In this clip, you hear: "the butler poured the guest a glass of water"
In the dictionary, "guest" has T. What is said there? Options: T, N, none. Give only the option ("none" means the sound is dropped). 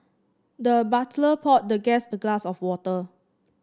none